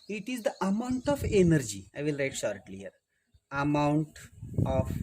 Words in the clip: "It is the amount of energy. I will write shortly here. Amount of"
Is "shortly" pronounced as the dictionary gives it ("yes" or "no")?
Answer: yes